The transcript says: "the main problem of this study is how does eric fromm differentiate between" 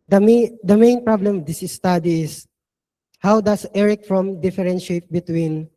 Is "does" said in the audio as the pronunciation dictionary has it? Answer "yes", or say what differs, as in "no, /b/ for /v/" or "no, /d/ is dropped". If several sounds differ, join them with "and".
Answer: no, /s/ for /z/